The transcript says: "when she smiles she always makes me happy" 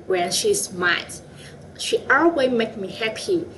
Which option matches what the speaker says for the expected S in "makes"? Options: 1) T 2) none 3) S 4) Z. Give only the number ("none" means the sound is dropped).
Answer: 2